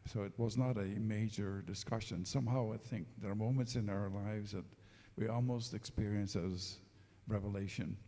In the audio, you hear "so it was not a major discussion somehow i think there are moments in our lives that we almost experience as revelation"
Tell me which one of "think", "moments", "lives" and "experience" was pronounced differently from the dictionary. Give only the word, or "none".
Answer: none